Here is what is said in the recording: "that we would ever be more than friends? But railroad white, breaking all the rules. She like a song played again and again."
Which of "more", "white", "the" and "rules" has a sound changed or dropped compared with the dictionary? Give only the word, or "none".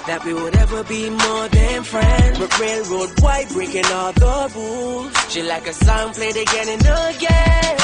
rules